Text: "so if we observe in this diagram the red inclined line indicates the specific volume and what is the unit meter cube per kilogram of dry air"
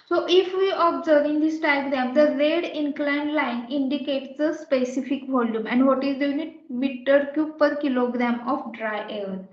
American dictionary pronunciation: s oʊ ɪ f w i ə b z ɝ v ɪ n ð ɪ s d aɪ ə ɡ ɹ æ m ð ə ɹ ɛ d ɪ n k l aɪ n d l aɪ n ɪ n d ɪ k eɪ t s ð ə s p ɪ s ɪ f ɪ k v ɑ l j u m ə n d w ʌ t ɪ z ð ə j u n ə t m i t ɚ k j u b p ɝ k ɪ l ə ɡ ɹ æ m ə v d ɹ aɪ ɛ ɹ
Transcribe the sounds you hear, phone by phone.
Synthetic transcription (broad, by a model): s oʊ ɪ f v i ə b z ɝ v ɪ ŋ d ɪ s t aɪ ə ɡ ɹ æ m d ə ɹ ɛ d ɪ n k l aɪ n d l aɪ n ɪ n d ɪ k eɪ t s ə s p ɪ s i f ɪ k v ɑ l j u m ə n d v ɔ t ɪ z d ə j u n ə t m i t ɚ k j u p ɝ k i l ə ɡ ɹ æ m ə f d ɹ aɪ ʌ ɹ